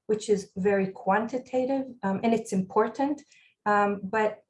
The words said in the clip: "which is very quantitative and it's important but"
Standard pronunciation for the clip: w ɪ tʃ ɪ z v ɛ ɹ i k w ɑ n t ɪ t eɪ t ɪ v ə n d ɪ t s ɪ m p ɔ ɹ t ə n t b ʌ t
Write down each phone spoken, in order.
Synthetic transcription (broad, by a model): w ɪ tʃ ɪ z v ɛ ɹ i k w ɑ n t ɪ t eɪ t ɪ v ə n ɪ t s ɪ m p ɔ ɹ t n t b ʌ t